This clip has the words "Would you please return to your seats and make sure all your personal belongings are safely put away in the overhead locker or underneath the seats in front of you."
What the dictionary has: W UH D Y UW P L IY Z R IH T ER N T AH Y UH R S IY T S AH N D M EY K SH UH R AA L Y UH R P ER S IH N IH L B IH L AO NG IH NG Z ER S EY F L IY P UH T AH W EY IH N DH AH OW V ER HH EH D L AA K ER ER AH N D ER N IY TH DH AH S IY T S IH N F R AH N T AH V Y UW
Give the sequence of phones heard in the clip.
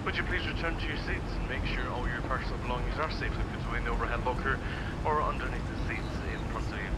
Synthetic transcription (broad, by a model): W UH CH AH P L IY Z R IH T ER N T AH Y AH R S IY T S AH N M EY K SH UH R AA L Y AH R P ER S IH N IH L B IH L AO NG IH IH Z ER S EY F W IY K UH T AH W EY IH N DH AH OW V ER HH EH D L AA K ER ER AH N D ER N IY TH DH AH S IY T S IH N P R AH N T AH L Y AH